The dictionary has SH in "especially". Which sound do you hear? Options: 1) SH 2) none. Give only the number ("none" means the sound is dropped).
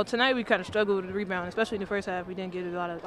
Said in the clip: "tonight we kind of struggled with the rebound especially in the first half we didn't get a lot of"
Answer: 1